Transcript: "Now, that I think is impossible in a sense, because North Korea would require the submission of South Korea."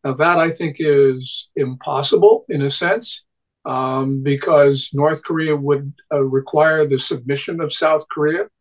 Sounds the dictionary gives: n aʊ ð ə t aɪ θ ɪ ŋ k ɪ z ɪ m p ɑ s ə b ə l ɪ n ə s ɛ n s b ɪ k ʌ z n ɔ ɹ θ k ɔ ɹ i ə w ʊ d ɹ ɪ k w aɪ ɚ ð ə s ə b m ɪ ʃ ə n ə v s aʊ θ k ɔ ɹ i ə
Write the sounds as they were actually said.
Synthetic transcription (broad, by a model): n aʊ ð ə t aɪ θ ɪ ŋ k ɪ z ɪ m p ɑ s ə b l ɪ n ə s ɛ n s b ɪ k ʌ z n ɔ ɹ θ k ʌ ɹ i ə w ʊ d ɹ ɪ k w aɪ ɚ ð ə s ə b m ɪ ʃ ə n ə v s aʊ θ k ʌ ɹ i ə